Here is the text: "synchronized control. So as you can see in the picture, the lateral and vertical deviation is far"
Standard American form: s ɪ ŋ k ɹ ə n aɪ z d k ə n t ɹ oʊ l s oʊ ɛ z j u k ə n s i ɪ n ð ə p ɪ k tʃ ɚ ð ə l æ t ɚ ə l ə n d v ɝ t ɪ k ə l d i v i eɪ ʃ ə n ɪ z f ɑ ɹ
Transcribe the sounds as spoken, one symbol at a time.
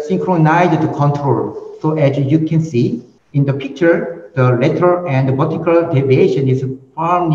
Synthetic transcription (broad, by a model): s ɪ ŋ k ɹ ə n aɪ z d k ə n t ɹ oʊ l s oʊ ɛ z j u k ə n s i ɪ n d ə p ɪ k tʃ ɚ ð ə l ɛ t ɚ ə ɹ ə n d b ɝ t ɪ k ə l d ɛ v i eɪ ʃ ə n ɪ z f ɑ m